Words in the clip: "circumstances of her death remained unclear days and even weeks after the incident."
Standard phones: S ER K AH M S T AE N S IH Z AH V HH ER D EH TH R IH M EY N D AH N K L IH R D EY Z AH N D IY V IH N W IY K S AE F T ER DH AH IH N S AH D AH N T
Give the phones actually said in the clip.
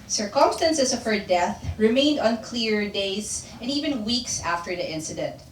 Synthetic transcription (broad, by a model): S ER K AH M S T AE N S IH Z AH V HH ER D EH TH R IH M EY N D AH N K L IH R D EY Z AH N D IY V IH N W IY K S AE F T ER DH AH IH N S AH D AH N T